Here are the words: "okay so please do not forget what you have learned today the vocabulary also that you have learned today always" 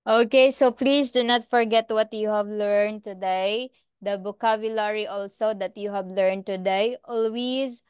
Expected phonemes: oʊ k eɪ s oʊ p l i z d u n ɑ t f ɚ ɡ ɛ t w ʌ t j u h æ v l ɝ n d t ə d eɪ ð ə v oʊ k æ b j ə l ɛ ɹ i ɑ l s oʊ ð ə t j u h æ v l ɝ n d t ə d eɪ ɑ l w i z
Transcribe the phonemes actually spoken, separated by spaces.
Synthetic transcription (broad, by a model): oʊ k eɪ s oʊ p l i s d u n ɑ t f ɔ ɡ ɛ t w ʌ t j u h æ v l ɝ n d t ə d eɪ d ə b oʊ k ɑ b j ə l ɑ ɹ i ɑ l s oʊ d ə t j u h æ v l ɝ n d t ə d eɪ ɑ l w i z